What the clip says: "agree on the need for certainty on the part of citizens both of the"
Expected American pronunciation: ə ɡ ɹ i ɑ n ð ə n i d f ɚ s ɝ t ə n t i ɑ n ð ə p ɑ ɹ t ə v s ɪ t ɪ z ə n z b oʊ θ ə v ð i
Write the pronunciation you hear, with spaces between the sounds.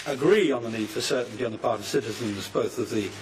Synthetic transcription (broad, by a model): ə ɡ ɹ i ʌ n ð ə n i d f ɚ s ɝ t n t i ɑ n ð ə p ɑ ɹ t ə v s ɪ t ɪ z ə n z b oʊ θ ə v ð i